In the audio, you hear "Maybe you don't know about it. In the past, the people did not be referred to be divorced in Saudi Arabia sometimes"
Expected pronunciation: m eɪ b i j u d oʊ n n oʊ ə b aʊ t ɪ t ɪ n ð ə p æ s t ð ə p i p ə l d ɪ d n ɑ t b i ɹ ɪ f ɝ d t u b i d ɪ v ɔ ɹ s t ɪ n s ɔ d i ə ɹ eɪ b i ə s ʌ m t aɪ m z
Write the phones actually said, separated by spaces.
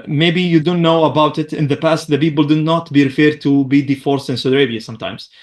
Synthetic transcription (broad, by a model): m eɪ b i j u d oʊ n n oʊ ə b aʊ t ɪ t ɪ n ð ə p æ s t ð ə p i p ə l d ɪ d n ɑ t b i ɹ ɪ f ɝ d t u b i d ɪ f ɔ ɹ s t ɪ n s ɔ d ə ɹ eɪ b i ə s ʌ m t aɪ m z